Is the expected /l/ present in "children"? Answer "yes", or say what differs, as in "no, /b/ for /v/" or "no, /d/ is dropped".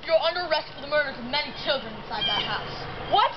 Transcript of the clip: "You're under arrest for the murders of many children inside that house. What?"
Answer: yes